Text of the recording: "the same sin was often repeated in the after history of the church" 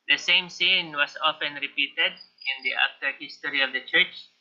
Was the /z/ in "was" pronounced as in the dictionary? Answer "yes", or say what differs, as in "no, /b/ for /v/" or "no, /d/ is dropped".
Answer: no, /s/ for /z/